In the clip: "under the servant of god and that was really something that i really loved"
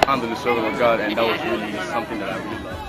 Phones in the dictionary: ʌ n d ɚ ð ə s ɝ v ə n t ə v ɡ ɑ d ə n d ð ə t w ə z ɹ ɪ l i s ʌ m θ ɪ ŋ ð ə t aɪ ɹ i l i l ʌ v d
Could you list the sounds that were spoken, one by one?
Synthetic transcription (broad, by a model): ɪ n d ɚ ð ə s ɝ v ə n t ə v ɡ ɑ d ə n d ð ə t w ə z ɹ ɪ l i s ʌ m θ ɪ ŋ ð ə t aɪ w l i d